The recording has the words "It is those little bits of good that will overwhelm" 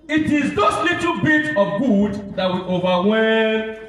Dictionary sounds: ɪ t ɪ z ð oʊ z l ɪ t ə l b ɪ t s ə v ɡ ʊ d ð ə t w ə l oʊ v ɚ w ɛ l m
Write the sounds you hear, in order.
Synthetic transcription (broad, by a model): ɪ t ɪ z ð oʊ s l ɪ t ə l b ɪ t ə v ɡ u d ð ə t w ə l oʊ v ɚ w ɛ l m